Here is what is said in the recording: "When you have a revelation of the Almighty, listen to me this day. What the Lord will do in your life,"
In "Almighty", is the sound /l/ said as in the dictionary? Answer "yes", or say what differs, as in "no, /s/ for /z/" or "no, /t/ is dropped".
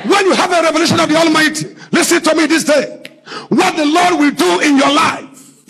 yes